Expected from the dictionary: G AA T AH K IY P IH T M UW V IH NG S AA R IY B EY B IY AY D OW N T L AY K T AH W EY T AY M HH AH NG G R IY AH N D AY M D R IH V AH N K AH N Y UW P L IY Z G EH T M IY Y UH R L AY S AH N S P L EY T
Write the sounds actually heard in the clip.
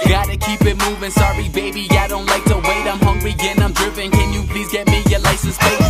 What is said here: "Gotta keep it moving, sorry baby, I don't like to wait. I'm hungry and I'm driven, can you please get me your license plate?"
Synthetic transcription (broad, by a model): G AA T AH K IY P IH T M UW V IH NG S AA R IY B EY B IY AY D OW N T L AY K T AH W EY T AY M HH AH NG G R IY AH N AY M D R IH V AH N K AH N Y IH P L IY Z G EH T M IY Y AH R L AY S AH N S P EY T